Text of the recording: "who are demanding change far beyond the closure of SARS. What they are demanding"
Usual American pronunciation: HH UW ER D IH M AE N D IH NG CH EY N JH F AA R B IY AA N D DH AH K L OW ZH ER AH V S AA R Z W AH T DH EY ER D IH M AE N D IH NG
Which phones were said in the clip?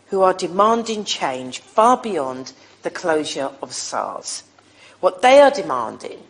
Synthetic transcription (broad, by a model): HH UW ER D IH M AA N D IH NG CH EY N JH F AA B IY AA N DH AH K L OW ZH ER AH V S AA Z W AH T DH EY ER D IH M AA N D IH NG